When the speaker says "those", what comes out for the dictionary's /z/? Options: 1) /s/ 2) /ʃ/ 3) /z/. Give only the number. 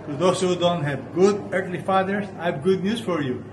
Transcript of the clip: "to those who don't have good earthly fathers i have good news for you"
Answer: 1